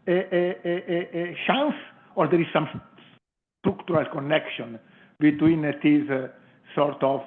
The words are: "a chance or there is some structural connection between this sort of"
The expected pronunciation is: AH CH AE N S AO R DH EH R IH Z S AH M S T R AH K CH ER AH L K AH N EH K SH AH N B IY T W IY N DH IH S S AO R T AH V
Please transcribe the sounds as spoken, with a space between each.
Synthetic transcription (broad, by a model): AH SH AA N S AO R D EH R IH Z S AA M S T R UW K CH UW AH L K AH N EH K SH AH N B IY T W IY N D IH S S AO R T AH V